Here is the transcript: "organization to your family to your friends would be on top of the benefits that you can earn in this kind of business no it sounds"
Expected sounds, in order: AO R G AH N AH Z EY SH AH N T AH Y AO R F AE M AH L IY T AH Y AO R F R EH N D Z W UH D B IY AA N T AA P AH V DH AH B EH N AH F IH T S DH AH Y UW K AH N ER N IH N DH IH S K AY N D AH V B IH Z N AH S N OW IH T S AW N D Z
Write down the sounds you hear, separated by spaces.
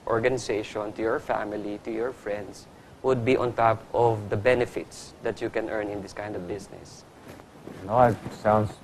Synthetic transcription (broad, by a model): AO R G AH N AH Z EY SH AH N T AH Y AO R F AE M AH L IY T AH Y AO R F R EH N D S W UH D B IY AA N T AA P AH V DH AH B EH N AH F IH T S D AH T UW K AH N ER N IH N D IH S K AY N D AH V B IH S N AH S N OW IH T S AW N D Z